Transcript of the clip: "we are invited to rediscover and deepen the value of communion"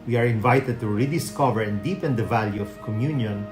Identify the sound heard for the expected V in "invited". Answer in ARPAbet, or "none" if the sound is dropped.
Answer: V